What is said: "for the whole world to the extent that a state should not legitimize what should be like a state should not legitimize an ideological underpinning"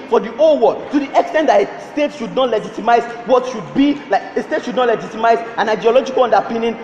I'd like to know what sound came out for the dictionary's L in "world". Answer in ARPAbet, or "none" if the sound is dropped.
none